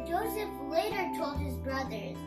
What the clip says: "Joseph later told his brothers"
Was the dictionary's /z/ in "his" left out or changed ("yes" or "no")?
no